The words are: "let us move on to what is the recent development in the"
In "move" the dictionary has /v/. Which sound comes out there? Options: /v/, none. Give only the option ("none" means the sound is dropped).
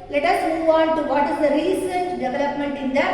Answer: /v/